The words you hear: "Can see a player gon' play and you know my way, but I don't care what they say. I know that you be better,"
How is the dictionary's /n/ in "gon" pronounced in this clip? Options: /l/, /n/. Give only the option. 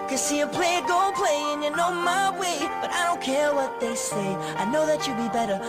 /l/